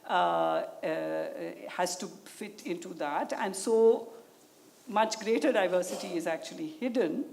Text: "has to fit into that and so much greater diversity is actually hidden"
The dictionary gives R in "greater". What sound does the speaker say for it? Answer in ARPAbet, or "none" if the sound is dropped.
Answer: R